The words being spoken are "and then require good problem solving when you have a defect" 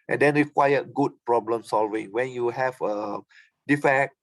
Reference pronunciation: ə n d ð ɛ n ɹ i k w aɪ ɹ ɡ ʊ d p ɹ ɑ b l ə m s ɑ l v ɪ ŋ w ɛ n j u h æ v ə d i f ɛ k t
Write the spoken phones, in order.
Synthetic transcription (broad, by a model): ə n d ɛ n ɹ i k w aɪ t ɡ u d p ɹ ɑ b l ə m s ɑ l v ɪ ŋ w ɛ n j u h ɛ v ə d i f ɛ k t